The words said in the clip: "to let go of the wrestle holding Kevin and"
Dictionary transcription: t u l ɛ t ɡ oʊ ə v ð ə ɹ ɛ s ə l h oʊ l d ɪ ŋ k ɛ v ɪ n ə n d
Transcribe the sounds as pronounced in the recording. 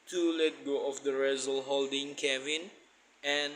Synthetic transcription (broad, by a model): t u l ɛ t ɡ oʊ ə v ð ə ɹ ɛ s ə l h oʊ l d ɪ ŋ k ɛ v ɪ n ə n